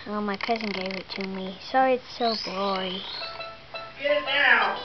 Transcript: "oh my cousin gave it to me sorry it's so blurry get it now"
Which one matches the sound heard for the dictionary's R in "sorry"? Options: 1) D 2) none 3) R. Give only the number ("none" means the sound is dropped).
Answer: 2